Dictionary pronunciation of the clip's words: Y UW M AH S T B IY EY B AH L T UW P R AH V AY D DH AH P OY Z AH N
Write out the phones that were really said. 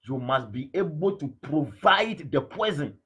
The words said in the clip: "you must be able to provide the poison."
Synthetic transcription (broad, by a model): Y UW M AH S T B IY EY B AH L T UW P R AH V AY D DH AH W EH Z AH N